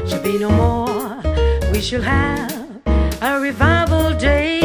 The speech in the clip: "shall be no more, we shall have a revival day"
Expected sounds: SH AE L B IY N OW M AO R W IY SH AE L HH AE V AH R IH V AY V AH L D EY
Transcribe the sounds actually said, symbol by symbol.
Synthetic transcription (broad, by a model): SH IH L B IY N OW M AO R W IY SH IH L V V AH R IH V AY V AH L D EY